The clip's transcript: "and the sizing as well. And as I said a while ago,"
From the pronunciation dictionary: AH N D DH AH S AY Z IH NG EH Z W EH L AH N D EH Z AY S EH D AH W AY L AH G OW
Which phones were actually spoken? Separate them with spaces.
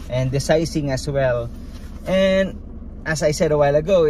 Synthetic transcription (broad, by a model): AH N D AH S AY S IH NG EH S W EH L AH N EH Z AY S EH D AH W AY L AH G OW